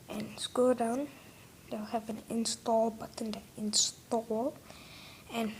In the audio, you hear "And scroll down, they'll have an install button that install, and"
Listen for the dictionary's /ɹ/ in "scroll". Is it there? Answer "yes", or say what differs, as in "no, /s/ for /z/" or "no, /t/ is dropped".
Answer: no, /ɹ/ is dropped